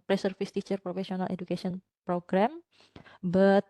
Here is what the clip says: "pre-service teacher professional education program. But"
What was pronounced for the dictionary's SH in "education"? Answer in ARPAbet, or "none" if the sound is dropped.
S